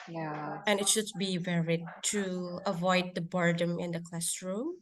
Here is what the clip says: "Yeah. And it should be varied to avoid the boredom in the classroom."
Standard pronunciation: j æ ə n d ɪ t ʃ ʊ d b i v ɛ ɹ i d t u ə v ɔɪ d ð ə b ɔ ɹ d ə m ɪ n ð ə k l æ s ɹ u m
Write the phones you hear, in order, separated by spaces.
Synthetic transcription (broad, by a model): j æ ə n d ɪ t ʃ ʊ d b i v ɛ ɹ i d t u ə v ɔɪ d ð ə b ɔ ɹ d ə m ɪ n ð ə k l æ s ɹ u m